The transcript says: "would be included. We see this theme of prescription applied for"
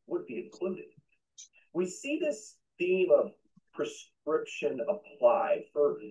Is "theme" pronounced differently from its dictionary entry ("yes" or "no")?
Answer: no